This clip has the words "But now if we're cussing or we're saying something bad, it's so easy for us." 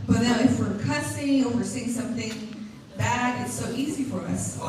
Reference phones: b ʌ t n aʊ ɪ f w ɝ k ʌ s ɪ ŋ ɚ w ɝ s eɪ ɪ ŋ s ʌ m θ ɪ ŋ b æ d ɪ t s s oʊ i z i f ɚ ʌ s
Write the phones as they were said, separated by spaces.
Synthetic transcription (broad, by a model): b ʌ t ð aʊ ɪ f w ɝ k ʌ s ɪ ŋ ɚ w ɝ s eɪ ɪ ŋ s ʌ m θ ɪ ŋ b æ d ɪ t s s oʊ i z i f ɚ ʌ s